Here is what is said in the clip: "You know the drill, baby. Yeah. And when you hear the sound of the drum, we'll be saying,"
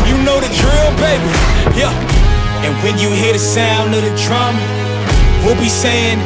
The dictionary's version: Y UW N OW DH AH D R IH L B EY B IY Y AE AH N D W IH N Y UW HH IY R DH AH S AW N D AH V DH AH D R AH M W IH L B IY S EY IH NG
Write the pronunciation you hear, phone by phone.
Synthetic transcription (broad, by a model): Y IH N OW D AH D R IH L B EY B IY Y AE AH N W IH N Y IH HH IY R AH S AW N AH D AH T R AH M W IH L B IY S EY IH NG